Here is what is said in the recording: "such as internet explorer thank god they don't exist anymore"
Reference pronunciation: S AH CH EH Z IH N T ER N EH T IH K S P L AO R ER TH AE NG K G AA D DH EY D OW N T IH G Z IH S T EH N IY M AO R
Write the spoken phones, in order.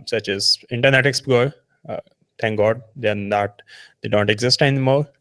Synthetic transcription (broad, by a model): S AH CH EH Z IH N T ER N EH T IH K S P AO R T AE NG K G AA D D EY D OW N T IH G Z IH S T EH N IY M AO R